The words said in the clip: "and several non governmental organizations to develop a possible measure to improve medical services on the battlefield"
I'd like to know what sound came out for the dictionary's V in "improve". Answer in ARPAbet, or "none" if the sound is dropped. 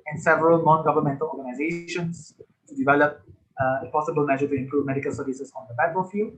V